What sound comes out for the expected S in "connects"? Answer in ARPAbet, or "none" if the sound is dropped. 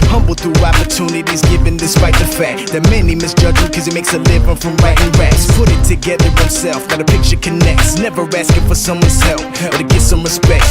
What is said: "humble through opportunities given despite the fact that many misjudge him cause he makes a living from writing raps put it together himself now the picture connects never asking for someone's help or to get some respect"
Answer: S